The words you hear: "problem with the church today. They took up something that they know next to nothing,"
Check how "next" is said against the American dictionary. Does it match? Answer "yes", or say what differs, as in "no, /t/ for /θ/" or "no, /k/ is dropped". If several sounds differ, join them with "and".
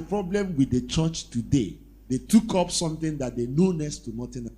no, /k/ is dropped